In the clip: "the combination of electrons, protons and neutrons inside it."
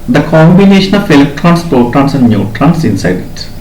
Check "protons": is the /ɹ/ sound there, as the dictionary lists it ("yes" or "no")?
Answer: no